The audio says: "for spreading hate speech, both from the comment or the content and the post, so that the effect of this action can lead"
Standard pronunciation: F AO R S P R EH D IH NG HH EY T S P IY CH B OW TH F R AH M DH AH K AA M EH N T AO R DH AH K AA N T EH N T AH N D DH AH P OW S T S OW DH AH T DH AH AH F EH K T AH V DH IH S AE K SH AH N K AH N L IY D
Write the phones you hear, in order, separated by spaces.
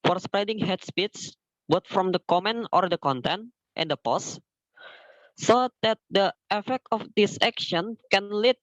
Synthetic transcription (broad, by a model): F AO R S P R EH D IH NG HH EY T S P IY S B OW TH F R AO M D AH K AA M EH N AO R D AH K AA N T EH N T AH N D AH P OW S S OW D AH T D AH AH F EH K T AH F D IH S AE K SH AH N K AH N L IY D